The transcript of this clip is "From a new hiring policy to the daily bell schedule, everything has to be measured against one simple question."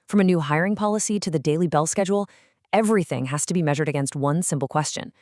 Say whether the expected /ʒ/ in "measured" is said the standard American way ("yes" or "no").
yes